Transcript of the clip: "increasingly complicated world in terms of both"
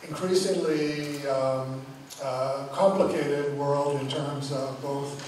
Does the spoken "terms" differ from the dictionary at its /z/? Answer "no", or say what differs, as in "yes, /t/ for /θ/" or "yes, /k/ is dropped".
no